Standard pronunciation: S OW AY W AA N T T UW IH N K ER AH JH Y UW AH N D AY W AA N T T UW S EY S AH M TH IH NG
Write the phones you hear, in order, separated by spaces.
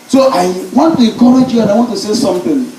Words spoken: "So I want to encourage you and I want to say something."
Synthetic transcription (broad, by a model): S OW AY W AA N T T UW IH K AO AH JH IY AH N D AY W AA N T T UW S EY S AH M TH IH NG